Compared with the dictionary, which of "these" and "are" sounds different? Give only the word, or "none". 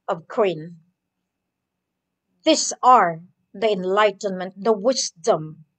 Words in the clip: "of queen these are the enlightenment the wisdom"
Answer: these